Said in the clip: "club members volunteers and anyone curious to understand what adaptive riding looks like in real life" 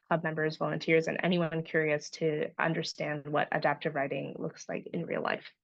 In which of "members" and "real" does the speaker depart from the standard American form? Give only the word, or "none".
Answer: none